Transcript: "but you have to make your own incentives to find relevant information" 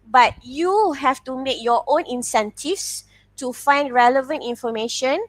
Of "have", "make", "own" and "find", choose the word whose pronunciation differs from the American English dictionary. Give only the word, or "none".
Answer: have